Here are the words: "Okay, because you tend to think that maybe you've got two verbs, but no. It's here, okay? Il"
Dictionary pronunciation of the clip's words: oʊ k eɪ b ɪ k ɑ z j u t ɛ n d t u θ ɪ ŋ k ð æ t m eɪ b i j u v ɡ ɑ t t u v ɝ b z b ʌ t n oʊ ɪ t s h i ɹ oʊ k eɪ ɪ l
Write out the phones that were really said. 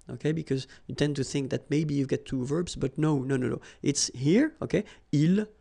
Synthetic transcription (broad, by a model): oʊ k eɪ b ɪ k ɑ z j u t ɛ n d t u θ ɪ ŋ k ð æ t m eɪ b i j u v ɡ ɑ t t u v ɝ b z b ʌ t n oʊ ɪ t s h i ɹ oʊ k eɪ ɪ l